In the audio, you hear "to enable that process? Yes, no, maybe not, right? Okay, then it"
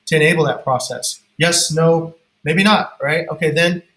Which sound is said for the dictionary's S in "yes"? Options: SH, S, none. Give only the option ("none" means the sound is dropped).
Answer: S